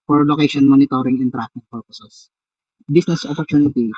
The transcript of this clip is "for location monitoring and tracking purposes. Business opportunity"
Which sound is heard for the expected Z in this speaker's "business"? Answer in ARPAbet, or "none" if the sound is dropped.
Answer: S